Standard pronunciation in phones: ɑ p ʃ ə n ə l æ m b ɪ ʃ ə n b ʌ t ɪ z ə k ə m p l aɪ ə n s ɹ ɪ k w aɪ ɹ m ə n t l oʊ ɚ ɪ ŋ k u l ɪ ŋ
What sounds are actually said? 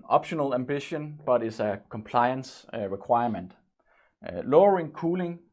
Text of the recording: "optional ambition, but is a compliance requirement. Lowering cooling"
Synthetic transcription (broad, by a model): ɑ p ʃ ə n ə l æ m b ɪ ʃ ə n b ʌ t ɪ s ə k ə m p l aɪ ə n s ɹ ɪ k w aɪ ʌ m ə n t l oʊ ɚ ɪ ŋ k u l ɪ ŋ